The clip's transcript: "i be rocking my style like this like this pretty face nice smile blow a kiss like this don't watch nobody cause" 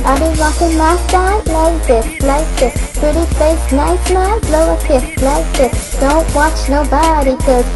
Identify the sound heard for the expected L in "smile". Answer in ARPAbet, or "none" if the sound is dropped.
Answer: N